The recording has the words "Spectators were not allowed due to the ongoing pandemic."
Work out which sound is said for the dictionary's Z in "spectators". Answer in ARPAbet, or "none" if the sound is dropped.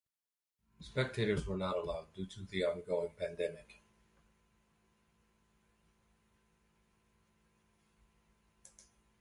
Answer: Z